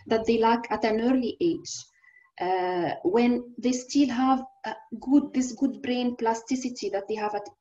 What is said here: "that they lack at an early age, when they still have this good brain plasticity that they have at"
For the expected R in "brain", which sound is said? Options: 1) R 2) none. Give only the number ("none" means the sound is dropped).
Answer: 1